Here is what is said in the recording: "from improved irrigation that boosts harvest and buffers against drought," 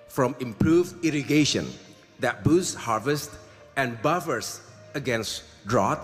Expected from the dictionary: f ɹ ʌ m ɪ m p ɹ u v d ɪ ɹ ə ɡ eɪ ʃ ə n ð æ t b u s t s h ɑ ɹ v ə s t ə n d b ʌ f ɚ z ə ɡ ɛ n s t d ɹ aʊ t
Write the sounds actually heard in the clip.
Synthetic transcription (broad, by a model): f ɹ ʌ m ɪ m p ɹ u v d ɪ ɹ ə ɡ eɪ ʃ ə n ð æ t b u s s h ɑ ɹ v ə s t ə n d b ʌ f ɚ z ə ɡ ɛ n s t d ɹ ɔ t